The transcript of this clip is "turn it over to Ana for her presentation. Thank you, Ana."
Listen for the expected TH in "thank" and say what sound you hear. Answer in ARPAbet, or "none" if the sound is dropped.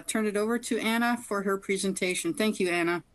TH